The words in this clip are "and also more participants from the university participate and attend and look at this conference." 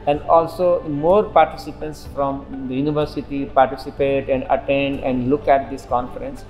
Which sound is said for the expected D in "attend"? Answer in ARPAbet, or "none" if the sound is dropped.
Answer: D